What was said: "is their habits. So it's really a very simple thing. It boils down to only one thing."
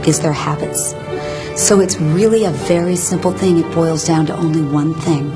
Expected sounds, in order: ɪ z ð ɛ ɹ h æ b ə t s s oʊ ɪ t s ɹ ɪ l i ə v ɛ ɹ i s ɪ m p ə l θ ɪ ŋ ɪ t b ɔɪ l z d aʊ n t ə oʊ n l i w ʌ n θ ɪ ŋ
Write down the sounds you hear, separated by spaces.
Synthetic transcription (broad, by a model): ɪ z ð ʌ ɹ h æ b ə t s s oʊ ɪ t s ɹ ɪ l i ə v ɛ ɹ i s ɪ m p l θ ɪ ŋ ɪ t b ɔɪ l z d aʊ n t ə oʊ n l i w ʌ n θ ɪ ŋ